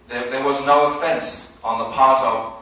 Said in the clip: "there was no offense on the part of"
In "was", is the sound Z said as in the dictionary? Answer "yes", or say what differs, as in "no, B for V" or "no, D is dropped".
yes